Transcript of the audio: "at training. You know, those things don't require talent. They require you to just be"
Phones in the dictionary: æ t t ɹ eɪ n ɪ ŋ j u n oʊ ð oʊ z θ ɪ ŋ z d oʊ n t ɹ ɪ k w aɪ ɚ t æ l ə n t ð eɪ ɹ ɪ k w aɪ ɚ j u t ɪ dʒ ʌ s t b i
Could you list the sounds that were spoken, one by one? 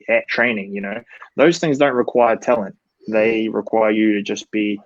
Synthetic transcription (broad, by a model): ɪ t t ɹ eɪ n ɪ ŋ j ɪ n oʊ ð oʊ z θ ɪ ŋ z d oʊ n t ɹ ɪ k w aɪ ɚ t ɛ l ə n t ð eɪ ɹ ɪ k w aɪ ɚ j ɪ t ɪ dʒ ʌ s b i